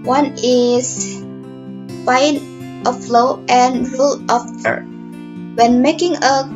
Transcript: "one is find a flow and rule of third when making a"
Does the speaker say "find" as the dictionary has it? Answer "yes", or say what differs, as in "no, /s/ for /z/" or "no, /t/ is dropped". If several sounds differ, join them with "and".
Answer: no, /d/ is dropped